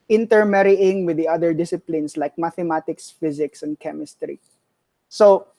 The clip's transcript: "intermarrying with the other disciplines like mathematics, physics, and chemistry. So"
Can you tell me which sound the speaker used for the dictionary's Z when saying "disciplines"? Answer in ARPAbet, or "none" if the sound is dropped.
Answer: S